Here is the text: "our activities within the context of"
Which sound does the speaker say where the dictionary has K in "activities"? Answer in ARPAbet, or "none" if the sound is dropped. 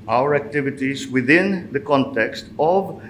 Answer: K